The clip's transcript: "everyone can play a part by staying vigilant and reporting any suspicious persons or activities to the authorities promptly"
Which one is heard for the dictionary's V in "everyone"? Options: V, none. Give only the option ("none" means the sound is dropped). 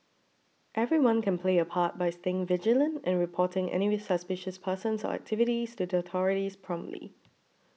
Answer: V